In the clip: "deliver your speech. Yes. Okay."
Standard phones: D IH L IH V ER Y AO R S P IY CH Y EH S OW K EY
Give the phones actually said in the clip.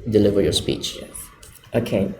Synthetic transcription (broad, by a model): D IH L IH V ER Y AO R S P IY CH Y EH OW K EY